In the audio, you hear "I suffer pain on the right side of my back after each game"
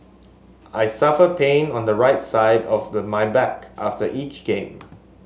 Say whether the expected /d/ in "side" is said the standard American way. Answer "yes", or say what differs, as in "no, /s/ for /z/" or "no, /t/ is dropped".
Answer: yes